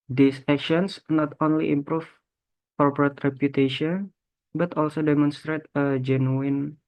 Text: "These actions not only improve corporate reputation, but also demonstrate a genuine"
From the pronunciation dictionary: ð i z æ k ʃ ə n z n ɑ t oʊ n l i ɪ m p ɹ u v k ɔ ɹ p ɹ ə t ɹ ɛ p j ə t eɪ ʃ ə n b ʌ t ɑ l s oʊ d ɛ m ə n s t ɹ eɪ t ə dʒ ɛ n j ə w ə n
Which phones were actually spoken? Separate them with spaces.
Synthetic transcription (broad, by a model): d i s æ k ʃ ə n s n ɑ t oʊ n l i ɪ m p ɹ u f k ɔ ɹ p ɹ ə t ɹ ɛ p j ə t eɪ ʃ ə n b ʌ t ɑ l s oʊ d ɛ m ə n s t ɹ eɪ t ə dʒ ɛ n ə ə n